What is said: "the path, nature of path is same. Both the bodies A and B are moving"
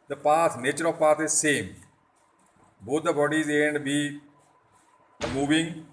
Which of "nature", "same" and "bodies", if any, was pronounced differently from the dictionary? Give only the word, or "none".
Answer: none